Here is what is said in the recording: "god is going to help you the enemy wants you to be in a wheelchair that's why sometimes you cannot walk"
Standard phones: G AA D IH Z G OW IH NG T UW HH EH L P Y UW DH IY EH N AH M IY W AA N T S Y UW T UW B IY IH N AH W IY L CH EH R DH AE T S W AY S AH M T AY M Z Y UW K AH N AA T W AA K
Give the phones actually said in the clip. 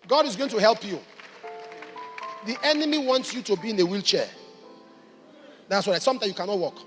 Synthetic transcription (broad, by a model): G AA D IH Z G OW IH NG T UW HH EH L P Y UW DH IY EH N AH M IY W AA N T S Y UW T UW B IY IH N AH W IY L CH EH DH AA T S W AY S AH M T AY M Y UW K AH N AA T W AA K